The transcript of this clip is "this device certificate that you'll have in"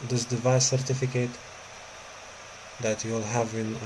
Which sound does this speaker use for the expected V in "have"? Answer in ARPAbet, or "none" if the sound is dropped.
V